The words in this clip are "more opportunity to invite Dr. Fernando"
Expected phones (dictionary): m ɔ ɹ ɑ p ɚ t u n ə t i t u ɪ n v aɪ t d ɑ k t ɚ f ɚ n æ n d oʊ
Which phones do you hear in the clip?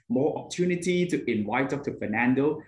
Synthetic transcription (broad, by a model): m ɔ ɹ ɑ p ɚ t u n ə t i t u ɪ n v aɪ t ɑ t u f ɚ n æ n d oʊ